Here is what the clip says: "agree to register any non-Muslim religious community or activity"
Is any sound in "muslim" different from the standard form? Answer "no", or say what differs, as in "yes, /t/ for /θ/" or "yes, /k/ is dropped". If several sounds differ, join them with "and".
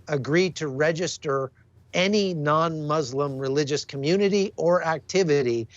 no